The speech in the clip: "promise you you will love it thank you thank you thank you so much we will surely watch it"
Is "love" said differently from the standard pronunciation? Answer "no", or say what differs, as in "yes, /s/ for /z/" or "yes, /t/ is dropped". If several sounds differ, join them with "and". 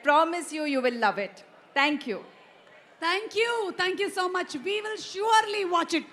no